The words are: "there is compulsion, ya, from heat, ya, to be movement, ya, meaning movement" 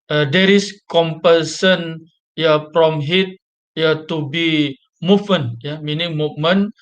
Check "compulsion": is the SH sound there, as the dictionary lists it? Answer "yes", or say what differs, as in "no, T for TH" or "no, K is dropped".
no, S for SH